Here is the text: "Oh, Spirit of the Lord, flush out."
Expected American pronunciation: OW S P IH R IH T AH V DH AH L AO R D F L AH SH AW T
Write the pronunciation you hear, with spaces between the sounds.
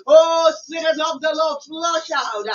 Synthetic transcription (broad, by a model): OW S IH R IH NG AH P DH AH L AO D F L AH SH AW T